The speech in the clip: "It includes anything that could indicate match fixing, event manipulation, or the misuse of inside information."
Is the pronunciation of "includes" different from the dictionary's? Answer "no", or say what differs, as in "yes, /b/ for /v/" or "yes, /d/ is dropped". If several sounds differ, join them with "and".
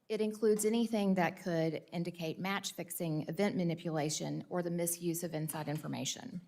no